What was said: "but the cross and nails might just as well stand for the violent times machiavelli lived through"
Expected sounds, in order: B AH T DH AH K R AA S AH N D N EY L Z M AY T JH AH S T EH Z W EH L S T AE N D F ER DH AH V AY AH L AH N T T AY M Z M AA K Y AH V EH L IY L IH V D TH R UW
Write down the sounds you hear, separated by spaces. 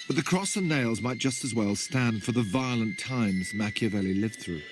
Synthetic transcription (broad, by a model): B AH T DH AH K R AA S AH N N EY L Z M AY T JH AH S T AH Z W EH L S T AE N D F ER DH AH V AY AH L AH N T T AY M Z M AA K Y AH V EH L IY L IH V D TH R UW